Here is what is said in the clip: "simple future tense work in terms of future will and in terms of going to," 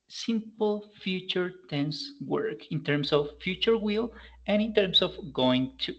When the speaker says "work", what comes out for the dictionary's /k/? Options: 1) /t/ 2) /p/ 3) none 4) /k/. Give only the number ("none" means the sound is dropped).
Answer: 4